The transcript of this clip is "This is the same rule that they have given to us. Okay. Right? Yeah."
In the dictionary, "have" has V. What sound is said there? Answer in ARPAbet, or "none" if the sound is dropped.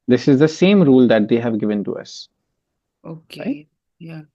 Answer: V